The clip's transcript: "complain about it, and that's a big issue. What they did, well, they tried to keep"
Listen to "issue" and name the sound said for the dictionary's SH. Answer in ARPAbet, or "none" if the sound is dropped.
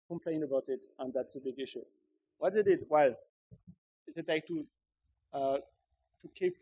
SH